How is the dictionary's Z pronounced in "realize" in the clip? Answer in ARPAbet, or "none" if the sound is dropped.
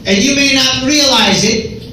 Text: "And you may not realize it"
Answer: Z